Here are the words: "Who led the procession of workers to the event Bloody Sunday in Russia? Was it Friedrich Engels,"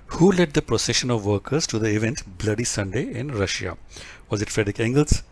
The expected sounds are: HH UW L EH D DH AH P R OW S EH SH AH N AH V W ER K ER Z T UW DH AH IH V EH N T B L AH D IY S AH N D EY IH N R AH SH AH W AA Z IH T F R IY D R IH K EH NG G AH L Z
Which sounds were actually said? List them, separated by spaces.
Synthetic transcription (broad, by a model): HH UW L EH D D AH P R OW S EH SH AH N AH V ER K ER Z T UW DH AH IH V EH N T B L AH D IY S AH N D EY IH N R AH SH AH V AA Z IH T F R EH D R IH K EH NG G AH L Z